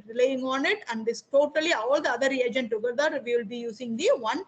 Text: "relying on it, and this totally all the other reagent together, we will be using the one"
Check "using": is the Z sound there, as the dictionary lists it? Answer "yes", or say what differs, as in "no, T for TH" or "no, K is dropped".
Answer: no, S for Z